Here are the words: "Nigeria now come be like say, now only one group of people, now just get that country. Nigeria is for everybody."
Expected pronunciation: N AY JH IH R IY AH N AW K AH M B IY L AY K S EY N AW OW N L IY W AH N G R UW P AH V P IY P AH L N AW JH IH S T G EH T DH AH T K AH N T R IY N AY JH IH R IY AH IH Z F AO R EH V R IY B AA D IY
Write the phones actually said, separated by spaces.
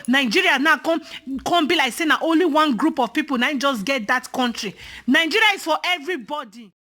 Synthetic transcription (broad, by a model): N AY JH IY R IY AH N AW K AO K B IY L AY K S EY N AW OW N L IY W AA N G R UW P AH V P IY P AH L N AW JH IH S G EH T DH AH T K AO N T R IY N AY JH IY R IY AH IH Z F AO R EH V R IY B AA D IY